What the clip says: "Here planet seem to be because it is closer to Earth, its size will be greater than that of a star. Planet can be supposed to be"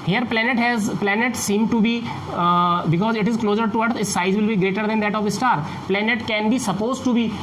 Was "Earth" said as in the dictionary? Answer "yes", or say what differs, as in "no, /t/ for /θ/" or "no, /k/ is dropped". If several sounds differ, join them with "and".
no, /s/ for /θ/